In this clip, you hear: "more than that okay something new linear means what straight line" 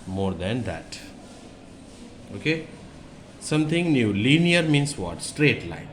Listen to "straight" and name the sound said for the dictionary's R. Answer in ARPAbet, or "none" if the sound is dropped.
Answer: R